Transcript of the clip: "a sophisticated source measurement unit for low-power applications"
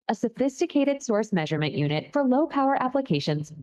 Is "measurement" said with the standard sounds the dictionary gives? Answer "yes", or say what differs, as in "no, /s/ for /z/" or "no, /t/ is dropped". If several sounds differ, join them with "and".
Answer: yes